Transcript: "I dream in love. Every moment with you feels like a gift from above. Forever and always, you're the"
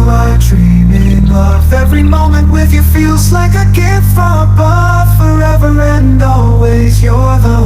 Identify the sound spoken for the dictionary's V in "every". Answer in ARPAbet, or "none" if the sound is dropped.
V